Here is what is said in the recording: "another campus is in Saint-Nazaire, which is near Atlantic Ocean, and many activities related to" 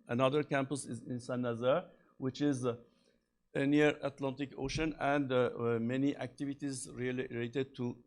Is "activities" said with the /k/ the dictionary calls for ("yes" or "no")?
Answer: yes